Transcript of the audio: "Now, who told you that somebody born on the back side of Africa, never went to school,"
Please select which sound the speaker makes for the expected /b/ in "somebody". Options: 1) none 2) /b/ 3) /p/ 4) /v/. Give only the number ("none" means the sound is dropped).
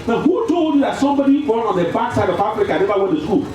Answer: 2